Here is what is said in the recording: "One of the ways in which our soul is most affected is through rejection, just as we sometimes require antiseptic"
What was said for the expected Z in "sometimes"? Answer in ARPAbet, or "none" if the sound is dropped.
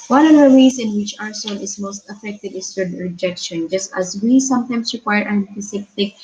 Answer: S